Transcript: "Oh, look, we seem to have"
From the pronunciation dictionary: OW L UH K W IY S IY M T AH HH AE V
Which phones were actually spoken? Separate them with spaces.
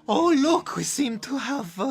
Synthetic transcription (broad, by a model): OW L UH K W IY S IY M T AH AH V